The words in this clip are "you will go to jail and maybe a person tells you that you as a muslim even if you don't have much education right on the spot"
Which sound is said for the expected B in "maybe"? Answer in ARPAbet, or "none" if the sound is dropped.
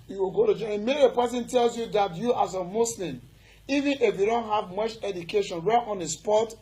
none